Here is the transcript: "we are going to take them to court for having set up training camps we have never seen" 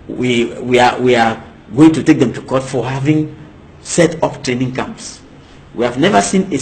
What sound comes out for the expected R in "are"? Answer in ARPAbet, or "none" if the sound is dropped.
W